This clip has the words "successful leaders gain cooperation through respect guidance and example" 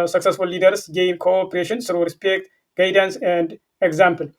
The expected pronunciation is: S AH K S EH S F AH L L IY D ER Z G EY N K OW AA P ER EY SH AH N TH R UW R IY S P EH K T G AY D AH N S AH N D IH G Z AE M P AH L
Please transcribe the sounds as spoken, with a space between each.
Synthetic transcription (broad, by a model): S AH K S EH S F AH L L IY D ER S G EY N K OW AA P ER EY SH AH N S R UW R IY S P EH K T G AY D AH N S AH N D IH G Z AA M P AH L